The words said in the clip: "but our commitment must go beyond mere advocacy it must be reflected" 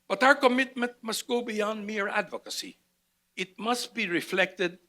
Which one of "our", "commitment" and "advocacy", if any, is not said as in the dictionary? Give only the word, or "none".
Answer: none